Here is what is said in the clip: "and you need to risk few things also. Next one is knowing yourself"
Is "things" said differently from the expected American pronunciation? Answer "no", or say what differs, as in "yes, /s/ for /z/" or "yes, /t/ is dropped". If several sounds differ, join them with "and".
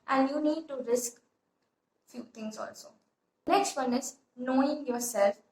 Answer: yes, /t/ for /θ/